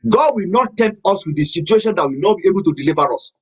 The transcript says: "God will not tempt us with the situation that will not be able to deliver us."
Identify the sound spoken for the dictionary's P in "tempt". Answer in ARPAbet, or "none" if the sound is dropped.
none